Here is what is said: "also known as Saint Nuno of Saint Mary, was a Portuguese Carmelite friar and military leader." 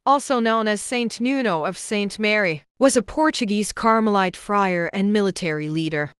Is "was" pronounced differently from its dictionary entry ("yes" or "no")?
no